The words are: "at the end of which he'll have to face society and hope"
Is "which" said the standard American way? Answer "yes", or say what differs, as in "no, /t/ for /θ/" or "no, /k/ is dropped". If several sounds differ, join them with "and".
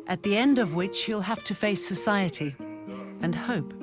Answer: yes